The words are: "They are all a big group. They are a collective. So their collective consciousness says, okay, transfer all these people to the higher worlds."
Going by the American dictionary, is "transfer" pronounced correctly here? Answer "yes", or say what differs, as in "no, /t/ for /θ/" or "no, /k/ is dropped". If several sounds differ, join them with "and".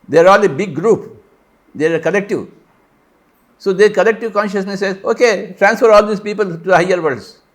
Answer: yes